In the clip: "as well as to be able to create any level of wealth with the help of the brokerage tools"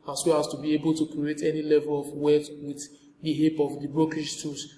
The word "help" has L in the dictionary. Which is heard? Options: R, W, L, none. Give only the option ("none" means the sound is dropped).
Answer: none